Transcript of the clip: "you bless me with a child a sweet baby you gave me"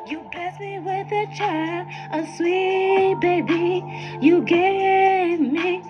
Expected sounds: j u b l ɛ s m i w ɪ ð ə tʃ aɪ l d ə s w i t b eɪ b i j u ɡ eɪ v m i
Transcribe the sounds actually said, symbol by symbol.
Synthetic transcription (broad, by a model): j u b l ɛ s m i w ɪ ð ə tʃ aɪ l ə s w i t b eɪ b i j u ɡ eɪ v m i